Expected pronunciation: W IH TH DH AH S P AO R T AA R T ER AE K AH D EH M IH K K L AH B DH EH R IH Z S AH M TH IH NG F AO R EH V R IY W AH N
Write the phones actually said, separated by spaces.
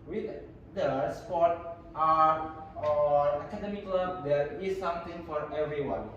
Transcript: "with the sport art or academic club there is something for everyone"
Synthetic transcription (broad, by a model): W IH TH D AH S P AO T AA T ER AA K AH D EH M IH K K L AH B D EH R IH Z S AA M T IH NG F AO R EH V R IY W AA N